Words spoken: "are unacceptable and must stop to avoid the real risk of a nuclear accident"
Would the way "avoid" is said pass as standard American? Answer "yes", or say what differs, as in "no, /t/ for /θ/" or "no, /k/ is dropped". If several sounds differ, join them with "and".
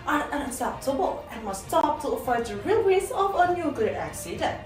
no, /f/ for /v/